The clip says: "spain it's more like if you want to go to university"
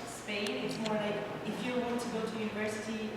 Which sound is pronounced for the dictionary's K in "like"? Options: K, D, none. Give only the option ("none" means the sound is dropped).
none